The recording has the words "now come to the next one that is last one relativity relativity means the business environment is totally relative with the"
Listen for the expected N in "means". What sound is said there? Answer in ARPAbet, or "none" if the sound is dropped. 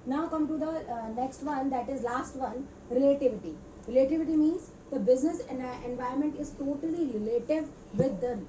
N